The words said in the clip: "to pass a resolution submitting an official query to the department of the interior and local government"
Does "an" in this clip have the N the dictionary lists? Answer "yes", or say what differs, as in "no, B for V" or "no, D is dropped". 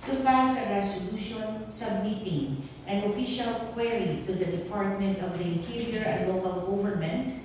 yes